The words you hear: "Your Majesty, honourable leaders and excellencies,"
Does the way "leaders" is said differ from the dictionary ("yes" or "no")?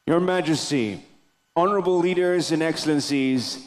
no